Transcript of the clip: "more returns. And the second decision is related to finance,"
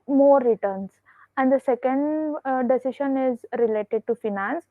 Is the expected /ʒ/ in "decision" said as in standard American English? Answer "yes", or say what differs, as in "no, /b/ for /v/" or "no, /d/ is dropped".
no, /ʃ/ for /ʒ/